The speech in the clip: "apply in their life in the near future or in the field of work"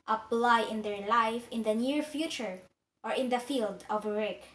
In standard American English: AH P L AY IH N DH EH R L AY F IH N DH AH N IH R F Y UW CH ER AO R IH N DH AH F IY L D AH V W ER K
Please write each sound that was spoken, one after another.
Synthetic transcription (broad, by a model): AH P L AY IH N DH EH R L AY F IH N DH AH N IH R F Y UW CH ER AO R IH N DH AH F IY L D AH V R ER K